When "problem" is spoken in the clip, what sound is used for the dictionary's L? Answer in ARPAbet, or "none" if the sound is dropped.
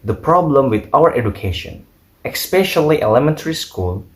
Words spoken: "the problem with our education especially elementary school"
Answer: L